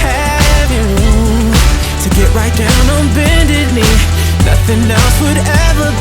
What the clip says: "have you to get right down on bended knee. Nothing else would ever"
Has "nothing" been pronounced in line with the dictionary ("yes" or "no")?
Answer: yes